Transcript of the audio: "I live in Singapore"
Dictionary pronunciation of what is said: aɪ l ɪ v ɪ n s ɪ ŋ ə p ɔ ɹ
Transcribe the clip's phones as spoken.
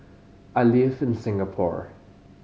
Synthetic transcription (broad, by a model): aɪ l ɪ f ɪ n s ɪ ŋ ə p ɔ ɹ